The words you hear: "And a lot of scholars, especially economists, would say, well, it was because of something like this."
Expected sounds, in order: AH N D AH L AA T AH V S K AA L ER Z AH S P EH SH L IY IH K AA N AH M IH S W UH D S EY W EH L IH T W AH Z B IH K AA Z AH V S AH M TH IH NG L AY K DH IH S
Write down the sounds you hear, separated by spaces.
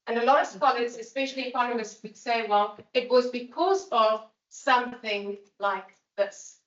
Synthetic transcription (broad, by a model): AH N AH L AA T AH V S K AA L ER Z AH S P EH SH L IY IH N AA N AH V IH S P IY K S EY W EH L IH T W AH Z B IH K AA Z AH V S AH M TH IH NG L AY K DH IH S